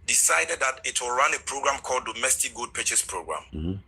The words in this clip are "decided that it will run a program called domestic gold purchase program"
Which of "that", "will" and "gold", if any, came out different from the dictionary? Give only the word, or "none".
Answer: gold